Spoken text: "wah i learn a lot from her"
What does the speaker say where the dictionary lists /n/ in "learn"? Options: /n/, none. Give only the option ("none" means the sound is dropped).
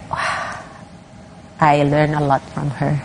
/n/